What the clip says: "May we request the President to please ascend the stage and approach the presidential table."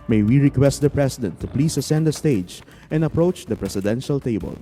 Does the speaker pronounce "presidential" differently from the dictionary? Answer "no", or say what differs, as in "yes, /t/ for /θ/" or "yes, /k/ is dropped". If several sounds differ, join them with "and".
yes, /s/ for /z/